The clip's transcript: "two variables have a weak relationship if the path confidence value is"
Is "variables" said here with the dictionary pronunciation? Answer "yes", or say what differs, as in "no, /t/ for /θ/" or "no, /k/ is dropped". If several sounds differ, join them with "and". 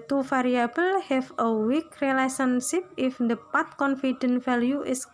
no, /f/ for /v/ and /z/ is dropped